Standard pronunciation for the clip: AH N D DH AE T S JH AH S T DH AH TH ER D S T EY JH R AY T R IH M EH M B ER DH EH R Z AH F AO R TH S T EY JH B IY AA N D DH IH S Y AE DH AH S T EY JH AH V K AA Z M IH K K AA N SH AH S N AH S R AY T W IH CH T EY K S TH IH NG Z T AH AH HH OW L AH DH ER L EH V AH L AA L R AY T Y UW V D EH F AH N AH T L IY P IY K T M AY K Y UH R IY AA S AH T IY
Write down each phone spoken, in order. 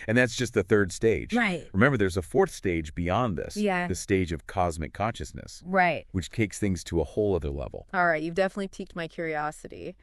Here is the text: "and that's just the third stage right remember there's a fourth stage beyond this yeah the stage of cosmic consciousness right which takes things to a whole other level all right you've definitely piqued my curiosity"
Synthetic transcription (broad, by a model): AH N DH AE T S JH AH S T DH AH TH ER D S T EY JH R AY T R IH M EH M B ER DH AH R Z AH F AO R TH S T EY JH B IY AA N DH IH S Y AE DH AH S T EY JH AH V K AA Z M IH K K AA N SH AH S N AH S R AY T W IH CH T EY K S TH IH NG Z T AH AH HH OW L AH DH ER L EH V L AA L R AY T Y UW V D EH F AH N AH T L IY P IY K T M AY K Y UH R IY AA S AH T IY